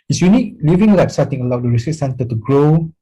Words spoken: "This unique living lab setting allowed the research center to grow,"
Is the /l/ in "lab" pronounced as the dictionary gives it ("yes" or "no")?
no